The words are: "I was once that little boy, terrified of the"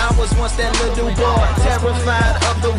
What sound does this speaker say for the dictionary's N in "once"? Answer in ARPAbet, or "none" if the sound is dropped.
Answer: none